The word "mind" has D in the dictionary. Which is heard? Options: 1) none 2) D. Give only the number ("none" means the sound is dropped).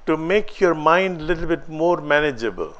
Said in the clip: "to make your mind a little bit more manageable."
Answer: 2